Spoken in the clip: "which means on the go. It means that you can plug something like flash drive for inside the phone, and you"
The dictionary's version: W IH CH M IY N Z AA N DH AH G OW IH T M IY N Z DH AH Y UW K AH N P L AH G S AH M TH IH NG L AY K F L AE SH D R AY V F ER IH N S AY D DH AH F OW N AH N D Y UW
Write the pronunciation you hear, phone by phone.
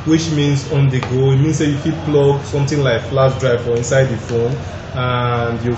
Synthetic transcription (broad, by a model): W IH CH M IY N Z AA N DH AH G OW IH T M IY N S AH Y UW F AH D P L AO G S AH M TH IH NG L AY K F L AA S D R AY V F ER IH N S AY D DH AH F OW N AH N D Y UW